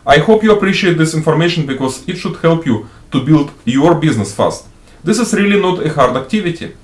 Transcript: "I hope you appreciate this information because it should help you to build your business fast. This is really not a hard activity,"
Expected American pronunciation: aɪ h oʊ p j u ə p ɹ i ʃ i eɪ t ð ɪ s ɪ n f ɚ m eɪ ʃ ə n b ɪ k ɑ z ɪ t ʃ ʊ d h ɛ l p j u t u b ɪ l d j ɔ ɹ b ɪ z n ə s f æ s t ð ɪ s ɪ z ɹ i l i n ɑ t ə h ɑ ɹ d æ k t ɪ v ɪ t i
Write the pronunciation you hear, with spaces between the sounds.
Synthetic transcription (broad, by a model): aɪ h oʊ p j u ə p ɹ i ʃ i eɪ t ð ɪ s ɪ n f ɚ m eɪ ʃ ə n b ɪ k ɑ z ɪ t ʃ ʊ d h ɛ l p j u t u b ɪ l d j ɔ ɹ b ɪ z n ə s f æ s t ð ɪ s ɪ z ɹ i l i n ɑ t ə h ɑ ɹ d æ k t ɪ v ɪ t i